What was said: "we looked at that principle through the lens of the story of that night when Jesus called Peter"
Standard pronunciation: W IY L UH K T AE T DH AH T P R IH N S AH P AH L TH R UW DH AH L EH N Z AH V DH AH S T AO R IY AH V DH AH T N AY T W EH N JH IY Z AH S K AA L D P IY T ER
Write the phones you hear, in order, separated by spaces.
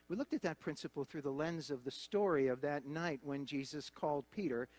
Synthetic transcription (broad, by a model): W IY L UH K T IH T DH AH T P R IH N S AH P L TH R UW DH AH L EH N Z AH V DH AH S T AO R IY AH V DH AH T N AY T W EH N JH IY Z AH S K AA L D P IY T ER